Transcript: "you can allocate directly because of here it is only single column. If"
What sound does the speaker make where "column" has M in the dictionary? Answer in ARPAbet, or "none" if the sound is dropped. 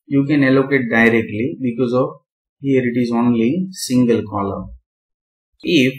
none